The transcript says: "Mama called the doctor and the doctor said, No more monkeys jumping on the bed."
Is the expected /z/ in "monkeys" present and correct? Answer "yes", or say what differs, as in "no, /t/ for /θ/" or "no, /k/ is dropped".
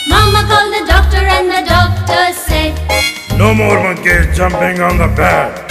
no, /z/ is dropped